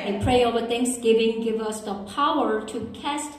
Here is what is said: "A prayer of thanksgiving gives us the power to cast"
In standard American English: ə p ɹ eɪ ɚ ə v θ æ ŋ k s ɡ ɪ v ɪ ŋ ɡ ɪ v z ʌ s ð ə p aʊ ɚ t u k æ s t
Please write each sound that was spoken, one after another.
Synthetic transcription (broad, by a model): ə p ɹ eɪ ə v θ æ ŋ k s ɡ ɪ v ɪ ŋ ɡ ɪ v ʌ s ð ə p aʊ ɚ t u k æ s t